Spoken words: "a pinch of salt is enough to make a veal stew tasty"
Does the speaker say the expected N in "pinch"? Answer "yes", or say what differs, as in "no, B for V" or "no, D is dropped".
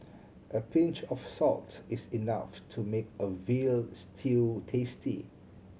yes